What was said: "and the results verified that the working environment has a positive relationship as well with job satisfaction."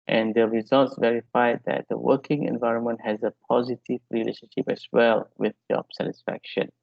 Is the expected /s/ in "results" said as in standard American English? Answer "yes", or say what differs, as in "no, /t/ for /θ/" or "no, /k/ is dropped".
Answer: yes